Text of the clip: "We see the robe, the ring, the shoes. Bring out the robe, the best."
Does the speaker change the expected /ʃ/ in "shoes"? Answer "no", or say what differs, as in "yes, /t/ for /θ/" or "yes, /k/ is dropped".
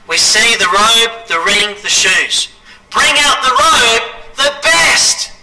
no